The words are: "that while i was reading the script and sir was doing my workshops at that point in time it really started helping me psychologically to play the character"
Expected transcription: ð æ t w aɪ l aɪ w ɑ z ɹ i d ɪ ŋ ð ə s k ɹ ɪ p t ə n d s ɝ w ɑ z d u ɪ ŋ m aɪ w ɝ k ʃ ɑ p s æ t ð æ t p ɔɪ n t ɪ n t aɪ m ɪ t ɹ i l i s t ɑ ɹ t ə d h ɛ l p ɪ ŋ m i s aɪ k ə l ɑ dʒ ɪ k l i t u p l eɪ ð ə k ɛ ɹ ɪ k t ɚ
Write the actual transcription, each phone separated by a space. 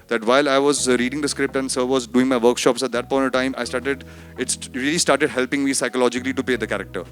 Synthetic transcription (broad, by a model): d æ t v aɪ l aɪ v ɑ z ɹ i d ɪ ŋ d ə s k ɹ ɪ p t ə n d s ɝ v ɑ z d u ɪ ŋ m aɪ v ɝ k ʃ ɑ p s æ t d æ t p ɔɪ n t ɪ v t aɪ m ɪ t ɹ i l i s t ɑ ɹ t ə d h ɛ l p ɪ ŋ m i s aɪ k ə l ɑ dʒ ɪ k l i t u p eɪ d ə k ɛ ɹ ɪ k t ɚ